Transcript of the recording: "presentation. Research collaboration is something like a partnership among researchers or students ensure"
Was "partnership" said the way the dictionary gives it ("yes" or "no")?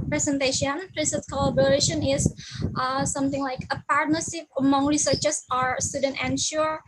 no